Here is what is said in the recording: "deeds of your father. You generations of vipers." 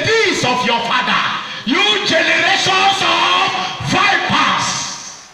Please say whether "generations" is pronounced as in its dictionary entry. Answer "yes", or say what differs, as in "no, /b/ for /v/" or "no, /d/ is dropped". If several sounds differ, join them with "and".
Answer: no, /s/ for /z/